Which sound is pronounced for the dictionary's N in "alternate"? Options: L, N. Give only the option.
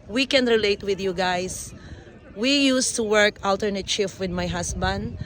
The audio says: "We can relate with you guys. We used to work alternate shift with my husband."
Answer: N